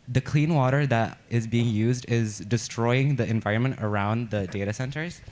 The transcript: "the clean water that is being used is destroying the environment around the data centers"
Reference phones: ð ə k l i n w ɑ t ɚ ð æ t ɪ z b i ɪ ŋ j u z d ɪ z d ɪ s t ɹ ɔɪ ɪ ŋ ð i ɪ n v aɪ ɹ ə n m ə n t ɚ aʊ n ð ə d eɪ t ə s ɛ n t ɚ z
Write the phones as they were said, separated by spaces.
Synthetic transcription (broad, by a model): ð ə k l i n w ɑ t ɚ ð æ t ɪ z b i ɪ ŋ j u z d ɪ z d ɪ s t ɹ ɔɪ ɪ ŋ ð i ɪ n v aɪ ɹ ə n m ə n t ɚ aʊ n ð ə d eɪ t ə s ɛ n t ɚ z